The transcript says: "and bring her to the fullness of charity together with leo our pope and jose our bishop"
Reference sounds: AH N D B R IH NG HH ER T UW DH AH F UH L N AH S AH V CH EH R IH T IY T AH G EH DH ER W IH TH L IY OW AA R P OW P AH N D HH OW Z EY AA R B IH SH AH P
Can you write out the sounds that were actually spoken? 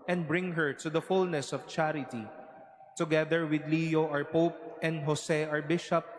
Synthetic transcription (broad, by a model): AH N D B R IH NG HH ER T UW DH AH F UH L N AH S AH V CH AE R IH T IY T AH G EH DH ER W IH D L IY OW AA R P OW P AH N D HH OW S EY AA R B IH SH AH P